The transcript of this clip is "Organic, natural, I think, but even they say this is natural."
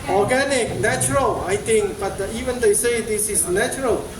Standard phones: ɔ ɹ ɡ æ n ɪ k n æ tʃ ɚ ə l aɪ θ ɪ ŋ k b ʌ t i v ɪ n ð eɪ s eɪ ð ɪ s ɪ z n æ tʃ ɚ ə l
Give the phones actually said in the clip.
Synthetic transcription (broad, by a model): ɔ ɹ ɡ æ n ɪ k n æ tʃ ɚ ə l aɪ t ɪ ŋ k b ʌ t i v ɪ n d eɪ s eɪ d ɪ s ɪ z n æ tʃ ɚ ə l